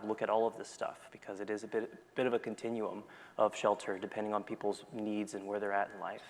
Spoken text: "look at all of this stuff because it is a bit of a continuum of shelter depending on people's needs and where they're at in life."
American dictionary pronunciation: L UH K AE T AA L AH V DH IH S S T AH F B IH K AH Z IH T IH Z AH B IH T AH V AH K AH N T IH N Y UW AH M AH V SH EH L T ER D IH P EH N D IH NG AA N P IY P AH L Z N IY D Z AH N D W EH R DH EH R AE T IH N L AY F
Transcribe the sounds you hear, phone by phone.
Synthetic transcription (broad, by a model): L UH K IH T AA L AH V DH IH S S T AH F B IH K AH Z IH T IH Z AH B IH T AH V AH K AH N T IH N Y UW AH M AH V SH EH L T ER D IH P EH N D IH NG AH N P IY P L Z N IY D Z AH N W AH R DH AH R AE T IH N L AY F